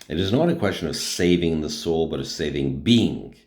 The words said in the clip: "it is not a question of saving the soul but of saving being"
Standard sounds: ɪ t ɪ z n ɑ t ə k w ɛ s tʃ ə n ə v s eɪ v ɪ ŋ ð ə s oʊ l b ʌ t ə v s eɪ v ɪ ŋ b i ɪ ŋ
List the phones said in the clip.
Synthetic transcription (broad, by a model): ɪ t ɪ z n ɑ t ə k w ɛ s tʃ ə n ə v s eɪ v ɪ ŋ ð ə s oʊ l b ʌ t ə v s eɪ v ɪ ŋ b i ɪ ŋ